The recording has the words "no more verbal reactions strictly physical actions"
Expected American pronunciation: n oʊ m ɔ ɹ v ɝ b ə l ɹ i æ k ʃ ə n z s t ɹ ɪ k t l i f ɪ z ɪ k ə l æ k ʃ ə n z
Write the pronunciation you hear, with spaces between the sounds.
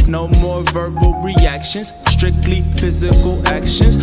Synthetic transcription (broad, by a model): n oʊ m ɔ ɹ v ɝ b ə l ɹ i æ k ʃ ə n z s t ɹ ɪ k t l i f ɪ z ɪ k ə l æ k ʃ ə n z